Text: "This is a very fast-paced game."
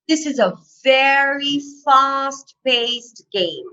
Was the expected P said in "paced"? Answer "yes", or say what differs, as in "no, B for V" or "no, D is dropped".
no, B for P